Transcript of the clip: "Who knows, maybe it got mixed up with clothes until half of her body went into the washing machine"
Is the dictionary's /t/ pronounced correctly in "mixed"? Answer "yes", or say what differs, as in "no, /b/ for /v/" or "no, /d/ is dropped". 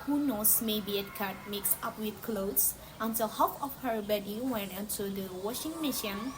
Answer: no, /t/ is dropped